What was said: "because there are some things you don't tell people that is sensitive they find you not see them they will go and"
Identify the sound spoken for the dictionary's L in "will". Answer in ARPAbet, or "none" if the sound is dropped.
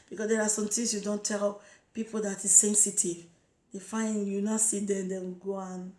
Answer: N